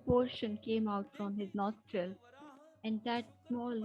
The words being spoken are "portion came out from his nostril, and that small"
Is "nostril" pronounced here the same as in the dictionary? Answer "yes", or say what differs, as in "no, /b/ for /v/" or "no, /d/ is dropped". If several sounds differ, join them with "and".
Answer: yes